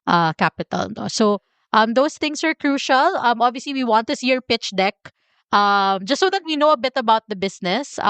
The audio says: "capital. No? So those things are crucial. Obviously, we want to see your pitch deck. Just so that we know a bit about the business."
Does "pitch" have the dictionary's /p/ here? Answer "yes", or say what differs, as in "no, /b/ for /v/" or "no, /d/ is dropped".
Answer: yes